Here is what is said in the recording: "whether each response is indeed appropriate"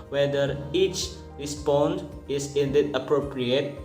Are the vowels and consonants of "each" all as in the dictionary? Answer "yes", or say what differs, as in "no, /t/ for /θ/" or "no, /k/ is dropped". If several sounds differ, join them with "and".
yes